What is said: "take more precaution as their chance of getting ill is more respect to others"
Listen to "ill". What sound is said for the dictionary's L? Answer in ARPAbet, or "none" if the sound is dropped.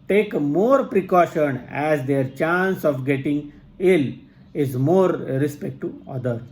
L